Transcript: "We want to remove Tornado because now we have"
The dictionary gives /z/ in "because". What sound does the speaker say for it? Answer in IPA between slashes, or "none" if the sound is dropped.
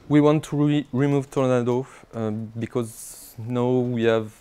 /z/